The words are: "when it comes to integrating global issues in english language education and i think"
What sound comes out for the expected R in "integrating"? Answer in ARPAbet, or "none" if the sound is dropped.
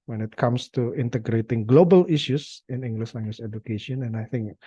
R